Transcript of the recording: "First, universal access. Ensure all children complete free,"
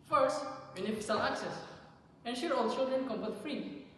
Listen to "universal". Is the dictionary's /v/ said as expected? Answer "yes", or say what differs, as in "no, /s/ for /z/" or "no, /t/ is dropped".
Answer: no, /f/ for /v/